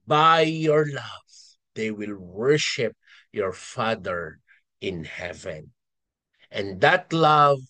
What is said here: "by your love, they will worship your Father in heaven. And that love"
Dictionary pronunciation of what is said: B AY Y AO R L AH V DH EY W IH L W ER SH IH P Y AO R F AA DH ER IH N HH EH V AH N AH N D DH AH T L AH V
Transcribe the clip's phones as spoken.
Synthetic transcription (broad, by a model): B AY Y AO R L AH V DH EY W IH L W ER SH IH P Y AO R F AA DH ER IH N HH EH V AH N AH N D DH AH T L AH V